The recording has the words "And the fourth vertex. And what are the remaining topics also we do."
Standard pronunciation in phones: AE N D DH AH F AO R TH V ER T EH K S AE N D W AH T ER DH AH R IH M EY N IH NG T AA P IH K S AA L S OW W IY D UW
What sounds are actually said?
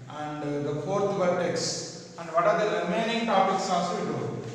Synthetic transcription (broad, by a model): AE N D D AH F AO R T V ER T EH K S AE N D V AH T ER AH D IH M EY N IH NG T AA P IH K S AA S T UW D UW